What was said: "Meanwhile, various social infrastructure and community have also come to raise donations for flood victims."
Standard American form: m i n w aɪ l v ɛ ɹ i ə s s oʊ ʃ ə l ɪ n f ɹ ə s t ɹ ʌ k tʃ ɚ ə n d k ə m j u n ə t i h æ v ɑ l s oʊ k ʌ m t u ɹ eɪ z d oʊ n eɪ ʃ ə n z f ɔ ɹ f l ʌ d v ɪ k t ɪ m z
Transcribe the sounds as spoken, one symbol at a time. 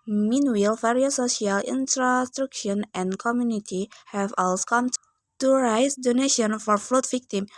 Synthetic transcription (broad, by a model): m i n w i l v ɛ ɹ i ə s s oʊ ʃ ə l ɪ n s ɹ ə s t ɹ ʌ k ʃ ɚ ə n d k ə m j u n ə t i h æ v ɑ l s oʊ k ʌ m t u ɹ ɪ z d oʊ n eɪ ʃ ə n f ɔ ɹ f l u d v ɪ k t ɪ m